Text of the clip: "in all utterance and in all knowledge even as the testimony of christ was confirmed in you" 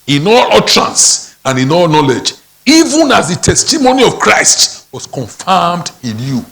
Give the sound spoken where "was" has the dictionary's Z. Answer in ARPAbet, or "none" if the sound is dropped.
S